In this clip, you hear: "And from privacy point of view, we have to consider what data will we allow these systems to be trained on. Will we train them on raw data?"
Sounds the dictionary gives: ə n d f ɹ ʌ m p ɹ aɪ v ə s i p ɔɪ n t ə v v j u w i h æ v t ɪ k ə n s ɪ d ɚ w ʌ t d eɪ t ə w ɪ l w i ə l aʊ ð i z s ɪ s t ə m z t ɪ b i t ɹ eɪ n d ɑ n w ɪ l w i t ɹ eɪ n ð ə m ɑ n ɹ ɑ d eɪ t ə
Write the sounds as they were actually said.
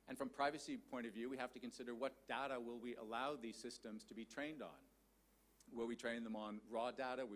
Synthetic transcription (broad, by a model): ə n f ɹ ʌ m p ɹ aɪ v ə s i p ɔɪ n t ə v v j u w i h æ f t ɪ k ə n s ɪ d ɚ w ʌ t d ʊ t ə w ɪ l w i ə l aʊ ð i z s ɪ s t ə m z t ɪ b i t ɹ eɪ n d n w ɪ l w i t ɹ eɪ n ð ə m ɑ n ɹ ɑ d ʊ t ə